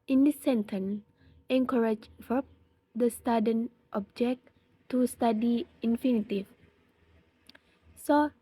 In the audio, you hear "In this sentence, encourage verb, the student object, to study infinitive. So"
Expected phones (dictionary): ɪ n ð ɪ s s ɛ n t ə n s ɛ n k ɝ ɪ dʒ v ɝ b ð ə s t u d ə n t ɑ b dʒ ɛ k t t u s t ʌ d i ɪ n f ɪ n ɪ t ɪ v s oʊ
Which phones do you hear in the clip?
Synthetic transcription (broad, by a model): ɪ n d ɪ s s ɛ n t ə n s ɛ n k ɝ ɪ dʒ f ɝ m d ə s t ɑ d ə n t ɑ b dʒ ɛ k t t u s t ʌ d i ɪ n f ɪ n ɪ t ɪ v s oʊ